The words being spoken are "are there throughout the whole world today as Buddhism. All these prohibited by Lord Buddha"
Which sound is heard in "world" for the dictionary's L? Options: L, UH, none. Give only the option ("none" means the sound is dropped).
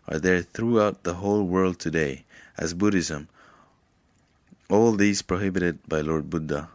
L